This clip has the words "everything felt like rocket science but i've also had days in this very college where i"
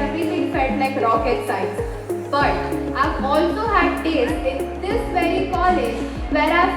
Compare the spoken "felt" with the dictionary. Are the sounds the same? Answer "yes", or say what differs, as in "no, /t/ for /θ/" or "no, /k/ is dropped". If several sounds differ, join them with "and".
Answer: no, /l/ is dropped